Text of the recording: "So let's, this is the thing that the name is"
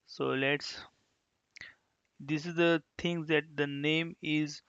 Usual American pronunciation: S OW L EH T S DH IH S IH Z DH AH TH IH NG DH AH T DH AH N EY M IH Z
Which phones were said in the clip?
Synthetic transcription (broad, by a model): S OW L EH T S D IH S IH Z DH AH T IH NG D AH T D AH N EY M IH Z